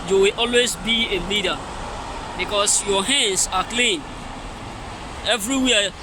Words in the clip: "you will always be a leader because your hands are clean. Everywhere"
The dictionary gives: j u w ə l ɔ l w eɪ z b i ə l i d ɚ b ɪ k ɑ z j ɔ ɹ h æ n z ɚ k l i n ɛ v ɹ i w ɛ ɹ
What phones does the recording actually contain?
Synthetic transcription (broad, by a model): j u w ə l ɔ l w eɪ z b i ə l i d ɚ b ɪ k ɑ s j ɔ h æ n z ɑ k l i n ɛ v ɹ i w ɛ